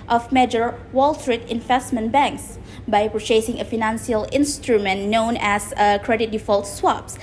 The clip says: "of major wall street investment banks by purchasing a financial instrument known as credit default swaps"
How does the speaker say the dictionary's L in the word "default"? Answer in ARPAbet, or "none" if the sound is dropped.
L